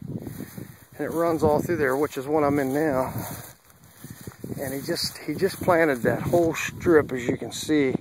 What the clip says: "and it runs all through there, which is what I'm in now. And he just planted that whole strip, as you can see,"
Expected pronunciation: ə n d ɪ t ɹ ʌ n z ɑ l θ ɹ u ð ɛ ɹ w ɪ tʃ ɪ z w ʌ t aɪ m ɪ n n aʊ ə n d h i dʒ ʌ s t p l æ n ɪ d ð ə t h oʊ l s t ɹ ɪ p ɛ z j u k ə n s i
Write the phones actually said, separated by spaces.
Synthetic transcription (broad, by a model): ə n ɪ t ɹ ʌ n z ɑ l θ ɹ u ð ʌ ɹ w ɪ tʃ ɪ z w ʌ t aɪ m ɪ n n aʊ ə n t h i dʒ ʌ s p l æ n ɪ d ð ə t h oʊ l s t ɹ ɪ p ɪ z j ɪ k ə n s i